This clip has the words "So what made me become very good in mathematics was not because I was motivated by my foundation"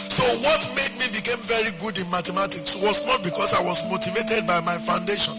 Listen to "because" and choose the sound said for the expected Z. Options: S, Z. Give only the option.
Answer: S